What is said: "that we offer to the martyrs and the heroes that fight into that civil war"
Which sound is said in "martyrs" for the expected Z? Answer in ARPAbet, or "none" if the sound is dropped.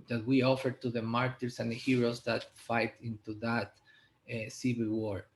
S